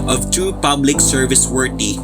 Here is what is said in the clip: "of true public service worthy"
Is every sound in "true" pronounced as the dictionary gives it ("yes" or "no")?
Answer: no